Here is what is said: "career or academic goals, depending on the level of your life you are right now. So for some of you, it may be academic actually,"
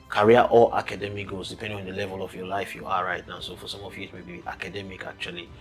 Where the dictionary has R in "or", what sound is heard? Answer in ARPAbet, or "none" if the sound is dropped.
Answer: L